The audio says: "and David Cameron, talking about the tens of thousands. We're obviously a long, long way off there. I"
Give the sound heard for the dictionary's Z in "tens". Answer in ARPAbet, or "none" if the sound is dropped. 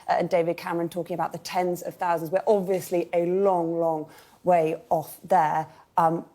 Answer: Z